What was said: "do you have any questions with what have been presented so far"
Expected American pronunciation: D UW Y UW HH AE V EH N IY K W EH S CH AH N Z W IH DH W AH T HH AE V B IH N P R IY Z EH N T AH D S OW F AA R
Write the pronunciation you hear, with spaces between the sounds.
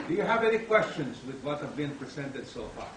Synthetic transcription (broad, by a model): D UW Y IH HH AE V EH N IY K W EH S CH AH N Z W IH DH W AH T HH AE V B IH N P R IY Z EH N T AH D S OW F AA R